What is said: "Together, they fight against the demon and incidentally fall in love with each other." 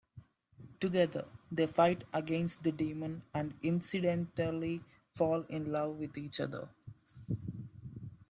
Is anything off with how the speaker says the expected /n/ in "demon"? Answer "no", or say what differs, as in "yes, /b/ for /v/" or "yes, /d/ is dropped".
no